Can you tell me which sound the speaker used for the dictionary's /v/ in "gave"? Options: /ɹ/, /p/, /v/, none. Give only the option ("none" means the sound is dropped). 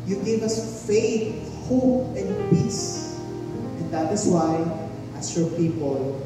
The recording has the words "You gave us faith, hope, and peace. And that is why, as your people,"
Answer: /v/